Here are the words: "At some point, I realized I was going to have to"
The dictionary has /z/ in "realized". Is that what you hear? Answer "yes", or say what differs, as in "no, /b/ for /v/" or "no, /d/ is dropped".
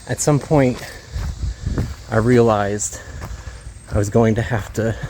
yes